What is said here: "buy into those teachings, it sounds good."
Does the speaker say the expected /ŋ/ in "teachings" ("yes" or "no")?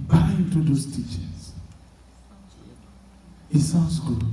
no